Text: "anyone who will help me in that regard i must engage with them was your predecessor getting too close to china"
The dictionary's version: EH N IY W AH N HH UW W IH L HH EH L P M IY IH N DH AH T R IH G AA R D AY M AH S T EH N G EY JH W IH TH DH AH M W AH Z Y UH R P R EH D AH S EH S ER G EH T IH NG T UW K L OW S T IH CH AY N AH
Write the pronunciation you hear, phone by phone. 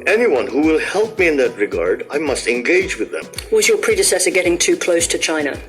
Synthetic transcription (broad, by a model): EH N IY W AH N HH UW W IH L HH EH L P M IY IH N DH AH T R IH G AA R D AY M AH S T EH N G EY JH W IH DH AH M W AH Z Y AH R P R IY D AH S EH S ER G EH T IH NG T UW K L OW S T IH CH AY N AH